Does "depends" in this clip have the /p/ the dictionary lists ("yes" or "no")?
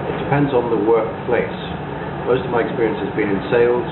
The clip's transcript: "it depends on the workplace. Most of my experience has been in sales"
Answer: yes